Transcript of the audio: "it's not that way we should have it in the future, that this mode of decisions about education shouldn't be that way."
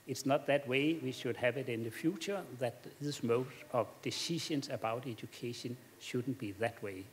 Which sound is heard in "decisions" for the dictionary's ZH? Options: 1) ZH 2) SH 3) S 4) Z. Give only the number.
2